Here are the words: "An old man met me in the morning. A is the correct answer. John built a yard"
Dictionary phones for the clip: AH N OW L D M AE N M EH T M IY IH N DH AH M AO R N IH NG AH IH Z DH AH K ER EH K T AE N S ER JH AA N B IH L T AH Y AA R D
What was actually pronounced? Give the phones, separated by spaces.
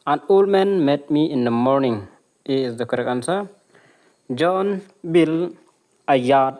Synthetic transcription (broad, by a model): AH N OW L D M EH N M EH T M IY IH N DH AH M AO R N IH NG AH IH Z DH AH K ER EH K AA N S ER JH AA N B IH L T AH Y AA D